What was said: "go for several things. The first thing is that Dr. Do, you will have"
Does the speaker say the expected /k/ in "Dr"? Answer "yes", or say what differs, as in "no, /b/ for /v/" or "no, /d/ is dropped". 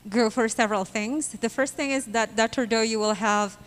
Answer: no, /k/ is dropped